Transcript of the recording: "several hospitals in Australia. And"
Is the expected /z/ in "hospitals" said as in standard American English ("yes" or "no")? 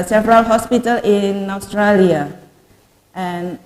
no